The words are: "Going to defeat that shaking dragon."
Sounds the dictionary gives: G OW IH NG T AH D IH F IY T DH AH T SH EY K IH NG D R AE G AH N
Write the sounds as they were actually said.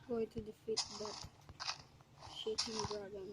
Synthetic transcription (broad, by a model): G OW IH T AH D IH F IY T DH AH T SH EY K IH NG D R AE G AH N